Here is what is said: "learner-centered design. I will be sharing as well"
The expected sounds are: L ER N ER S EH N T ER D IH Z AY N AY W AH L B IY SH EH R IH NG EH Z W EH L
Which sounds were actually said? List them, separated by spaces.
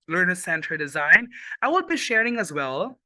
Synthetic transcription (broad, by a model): L ER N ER S EH N T ER D IH Z AY N AY W AH L B IY SH EH R IH NG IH Z W EH L